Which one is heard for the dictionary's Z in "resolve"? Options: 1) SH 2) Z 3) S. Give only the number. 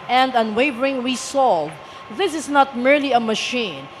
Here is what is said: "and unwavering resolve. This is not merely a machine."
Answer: 3